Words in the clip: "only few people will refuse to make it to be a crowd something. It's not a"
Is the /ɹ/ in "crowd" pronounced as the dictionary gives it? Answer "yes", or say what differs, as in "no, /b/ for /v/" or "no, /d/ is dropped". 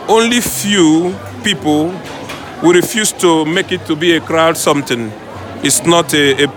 yes